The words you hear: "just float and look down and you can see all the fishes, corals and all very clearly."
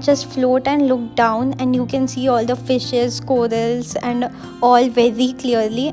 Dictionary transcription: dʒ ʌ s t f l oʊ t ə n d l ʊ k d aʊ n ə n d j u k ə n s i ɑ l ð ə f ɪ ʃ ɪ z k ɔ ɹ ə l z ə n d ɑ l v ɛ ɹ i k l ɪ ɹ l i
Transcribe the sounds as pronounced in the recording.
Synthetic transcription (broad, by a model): dʒ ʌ s t f l oʊ t ə n d l ʊ k d aʊ n ə n d j u k ə n s i ɑ l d ə f ɪ ʃ ɪ z k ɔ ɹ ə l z ə n d ɑ l v ɛ ɹ i k l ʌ ɹ l i